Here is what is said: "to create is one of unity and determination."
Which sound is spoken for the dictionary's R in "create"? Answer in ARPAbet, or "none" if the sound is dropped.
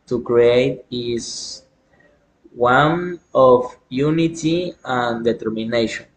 R